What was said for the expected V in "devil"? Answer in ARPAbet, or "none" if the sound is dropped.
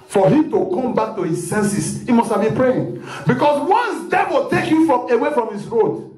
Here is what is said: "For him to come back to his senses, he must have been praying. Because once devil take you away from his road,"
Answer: W